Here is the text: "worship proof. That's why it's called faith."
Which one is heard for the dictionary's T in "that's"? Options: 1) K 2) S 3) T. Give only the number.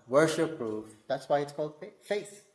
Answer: 3